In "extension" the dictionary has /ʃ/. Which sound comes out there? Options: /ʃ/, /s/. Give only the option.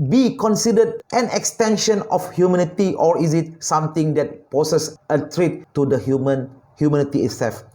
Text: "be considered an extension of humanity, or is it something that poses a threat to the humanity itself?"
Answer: /ʃ/